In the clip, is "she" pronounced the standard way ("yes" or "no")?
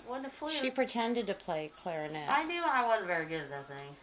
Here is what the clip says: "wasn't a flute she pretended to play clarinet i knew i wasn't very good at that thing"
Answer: yes